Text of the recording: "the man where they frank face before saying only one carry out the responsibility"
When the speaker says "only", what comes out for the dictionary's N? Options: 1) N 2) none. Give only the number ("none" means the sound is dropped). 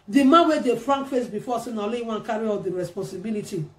2